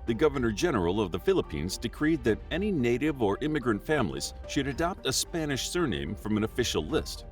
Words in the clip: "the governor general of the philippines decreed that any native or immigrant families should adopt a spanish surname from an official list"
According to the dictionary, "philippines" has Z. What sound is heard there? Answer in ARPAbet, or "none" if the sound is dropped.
Z